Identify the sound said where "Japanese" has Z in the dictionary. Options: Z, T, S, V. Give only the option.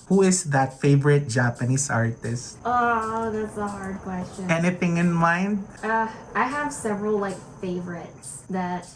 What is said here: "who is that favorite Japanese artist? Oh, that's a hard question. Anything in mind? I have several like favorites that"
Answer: S